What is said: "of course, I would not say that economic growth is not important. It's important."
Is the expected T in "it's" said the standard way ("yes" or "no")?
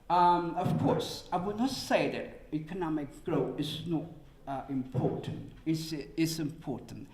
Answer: no